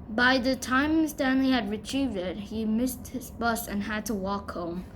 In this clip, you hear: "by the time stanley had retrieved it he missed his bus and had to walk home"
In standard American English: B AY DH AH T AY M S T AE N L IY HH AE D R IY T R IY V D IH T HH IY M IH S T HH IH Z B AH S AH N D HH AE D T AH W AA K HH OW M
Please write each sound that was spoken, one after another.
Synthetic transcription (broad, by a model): B AY DH AH T AY M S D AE N L IY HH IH D R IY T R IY V D IH T HH IY M IH S T HH IH Z B AH S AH N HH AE D T AH W AA K HH OW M